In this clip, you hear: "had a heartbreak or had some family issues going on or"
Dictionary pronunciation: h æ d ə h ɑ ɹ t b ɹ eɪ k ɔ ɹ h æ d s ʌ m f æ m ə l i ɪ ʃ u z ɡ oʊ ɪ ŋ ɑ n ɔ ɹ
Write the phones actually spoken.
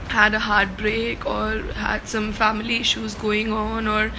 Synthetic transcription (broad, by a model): h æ d ə h ɑ ɹ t b ɹ eɪ k ɔ ɹ h æ d s ʌ m f æ m ə l i ɪ ʃ u z ɡ oʊ ɪ ŋ ɑ n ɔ ɹ